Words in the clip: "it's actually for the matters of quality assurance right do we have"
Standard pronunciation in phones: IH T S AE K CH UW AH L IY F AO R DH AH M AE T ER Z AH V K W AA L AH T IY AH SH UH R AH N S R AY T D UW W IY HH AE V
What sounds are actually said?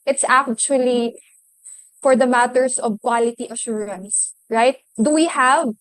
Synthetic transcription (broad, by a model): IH T S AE K CH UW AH L IY F AO R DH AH M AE T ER S AH V K W AA L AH T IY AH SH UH R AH N S R AY T D UW W IY HH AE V